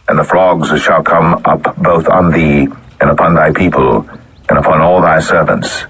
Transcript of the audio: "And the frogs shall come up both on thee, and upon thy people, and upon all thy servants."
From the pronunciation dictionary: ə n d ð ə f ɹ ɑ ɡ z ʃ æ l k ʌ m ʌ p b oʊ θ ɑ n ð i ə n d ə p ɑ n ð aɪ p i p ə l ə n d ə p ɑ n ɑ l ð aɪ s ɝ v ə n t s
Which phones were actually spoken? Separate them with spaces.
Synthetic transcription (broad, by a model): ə n ð ə f l ɑ ɡ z ʃ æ l k ʌ m ʌ p b oʊ θ n ð i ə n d ə p ɑ n ð aɪ p i p ə l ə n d ə p ɑ n ɑ l ð aɪ s ɝ v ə n t s